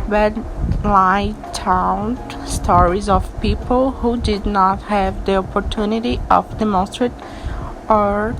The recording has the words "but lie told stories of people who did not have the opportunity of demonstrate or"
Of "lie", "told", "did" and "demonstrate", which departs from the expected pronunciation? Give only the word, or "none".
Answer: told